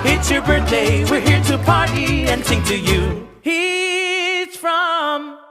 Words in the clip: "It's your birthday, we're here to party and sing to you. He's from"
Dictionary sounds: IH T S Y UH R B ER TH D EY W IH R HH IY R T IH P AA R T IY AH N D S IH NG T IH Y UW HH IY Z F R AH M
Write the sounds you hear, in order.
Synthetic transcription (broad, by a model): IH T S Y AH R B ER TH D EY W IH R HH IY R T IH P AA R T IY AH N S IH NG T IH Y UW HH IY Z F R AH M